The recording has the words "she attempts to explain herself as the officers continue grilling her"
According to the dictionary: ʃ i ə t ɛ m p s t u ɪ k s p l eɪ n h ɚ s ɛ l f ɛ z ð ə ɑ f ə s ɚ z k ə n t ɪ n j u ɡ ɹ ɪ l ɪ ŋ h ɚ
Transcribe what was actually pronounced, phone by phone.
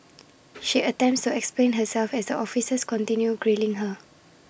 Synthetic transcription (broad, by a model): ʃ i ə t ɛ m p s t u ɪ k s p l eɪ n h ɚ s ɛ l f ɛ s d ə ɑ f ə s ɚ s k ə n t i n j u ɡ ɹ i l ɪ ŋ h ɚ